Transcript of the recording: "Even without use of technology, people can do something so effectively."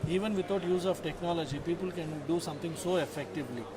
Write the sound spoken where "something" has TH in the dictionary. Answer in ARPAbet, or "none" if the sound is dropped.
T